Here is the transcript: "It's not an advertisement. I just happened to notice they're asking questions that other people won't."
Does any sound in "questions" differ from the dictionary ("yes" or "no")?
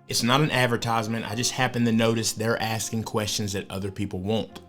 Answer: no